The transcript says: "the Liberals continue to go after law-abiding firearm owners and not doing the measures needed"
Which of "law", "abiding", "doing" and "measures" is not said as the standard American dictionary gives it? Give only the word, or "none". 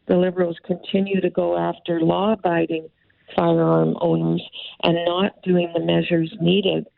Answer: none